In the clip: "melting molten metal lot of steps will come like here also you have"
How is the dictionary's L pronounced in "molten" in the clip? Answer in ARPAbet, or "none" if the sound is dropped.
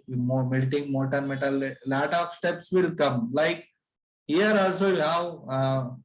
none